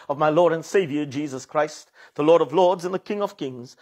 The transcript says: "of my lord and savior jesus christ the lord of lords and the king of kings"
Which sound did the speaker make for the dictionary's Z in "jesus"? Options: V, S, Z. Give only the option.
Z